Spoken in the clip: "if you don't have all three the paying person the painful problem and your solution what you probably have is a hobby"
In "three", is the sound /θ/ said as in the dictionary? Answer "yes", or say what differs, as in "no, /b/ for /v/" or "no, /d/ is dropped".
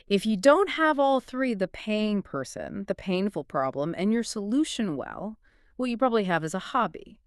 yes